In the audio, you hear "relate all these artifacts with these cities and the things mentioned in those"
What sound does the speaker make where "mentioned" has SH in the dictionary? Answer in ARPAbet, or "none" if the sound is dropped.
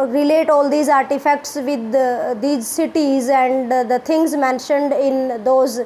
SH